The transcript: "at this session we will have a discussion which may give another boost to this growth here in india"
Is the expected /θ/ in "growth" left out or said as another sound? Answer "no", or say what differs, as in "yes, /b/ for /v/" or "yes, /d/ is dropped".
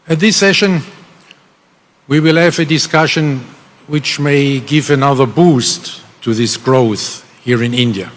no